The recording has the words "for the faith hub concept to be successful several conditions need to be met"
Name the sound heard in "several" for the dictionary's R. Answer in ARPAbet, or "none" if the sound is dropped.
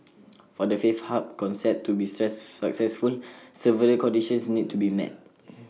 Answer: none